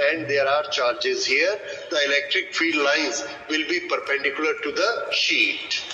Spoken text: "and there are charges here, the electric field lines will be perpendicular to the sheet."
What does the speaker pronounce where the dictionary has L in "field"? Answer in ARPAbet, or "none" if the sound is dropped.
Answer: none